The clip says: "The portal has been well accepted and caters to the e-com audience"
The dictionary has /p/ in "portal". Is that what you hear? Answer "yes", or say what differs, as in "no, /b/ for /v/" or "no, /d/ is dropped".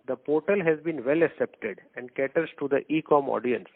yes